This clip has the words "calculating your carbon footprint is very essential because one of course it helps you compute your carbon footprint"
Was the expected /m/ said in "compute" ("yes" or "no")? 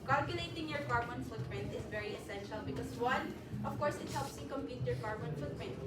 yes